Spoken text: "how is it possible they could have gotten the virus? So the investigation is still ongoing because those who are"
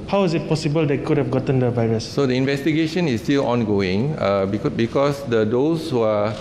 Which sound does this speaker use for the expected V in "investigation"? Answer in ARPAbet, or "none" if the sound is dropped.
V